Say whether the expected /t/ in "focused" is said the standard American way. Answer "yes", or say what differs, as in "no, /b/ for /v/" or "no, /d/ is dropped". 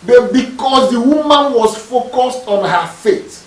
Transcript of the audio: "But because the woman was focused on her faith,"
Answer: yes